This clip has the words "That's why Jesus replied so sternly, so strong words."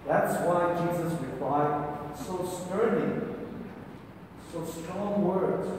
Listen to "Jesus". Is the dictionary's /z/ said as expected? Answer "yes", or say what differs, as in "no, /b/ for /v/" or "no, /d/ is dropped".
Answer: yes